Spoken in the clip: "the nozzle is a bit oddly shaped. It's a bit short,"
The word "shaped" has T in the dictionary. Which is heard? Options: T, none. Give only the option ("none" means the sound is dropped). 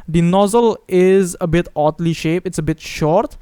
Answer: none